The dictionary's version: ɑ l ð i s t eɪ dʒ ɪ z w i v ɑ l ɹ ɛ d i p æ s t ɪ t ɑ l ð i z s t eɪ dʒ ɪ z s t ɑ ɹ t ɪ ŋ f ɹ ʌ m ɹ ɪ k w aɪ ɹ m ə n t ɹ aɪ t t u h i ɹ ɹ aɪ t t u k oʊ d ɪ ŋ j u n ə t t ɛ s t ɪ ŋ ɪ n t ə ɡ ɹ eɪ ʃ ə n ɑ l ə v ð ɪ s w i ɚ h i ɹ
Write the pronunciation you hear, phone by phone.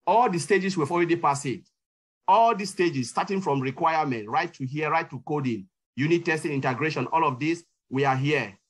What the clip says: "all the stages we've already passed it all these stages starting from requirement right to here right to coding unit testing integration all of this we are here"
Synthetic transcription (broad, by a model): ɑ l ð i s t eɪ dʒ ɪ s w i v ɑ l ɹ ɛ d i p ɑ s ɪ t ɑ l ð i s t eɪ dʒ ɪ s t ɑ t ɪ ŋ f ɹ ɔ m ɹ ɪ k w aɪ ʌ m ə n t ɹ aɪ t t u h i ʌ ɹ aɪ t t u k oʊ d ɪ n j u n ə t t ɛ s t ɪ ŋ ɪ n t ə ɡ ɹ eɪ ʃ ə n ɑ l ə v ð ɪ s w i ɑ h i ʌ